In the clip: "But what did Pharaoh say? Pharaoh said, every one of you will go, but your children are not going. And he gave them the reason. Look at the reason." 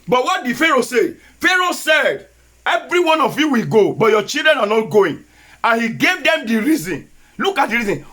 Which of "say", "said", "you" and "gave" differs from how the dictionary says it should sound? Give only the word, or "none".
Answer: none